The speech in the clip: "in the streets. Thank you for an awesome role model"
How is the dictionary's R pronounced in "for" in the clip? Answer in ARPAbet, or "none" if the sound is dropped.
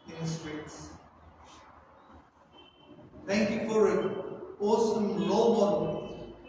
R